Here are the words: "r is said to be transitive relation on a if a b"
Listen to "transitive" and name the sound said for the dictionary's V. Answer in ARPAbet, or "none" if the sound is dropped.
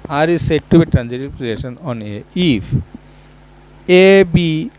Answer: P